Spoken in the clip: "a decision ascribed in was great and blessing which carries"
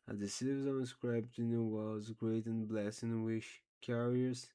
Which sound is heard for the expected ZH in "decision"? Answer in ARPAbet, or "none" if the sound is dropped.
Z